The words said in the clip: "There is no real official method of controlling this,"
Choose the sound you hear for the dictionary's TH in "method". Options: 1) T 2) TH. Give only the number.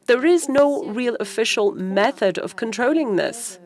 2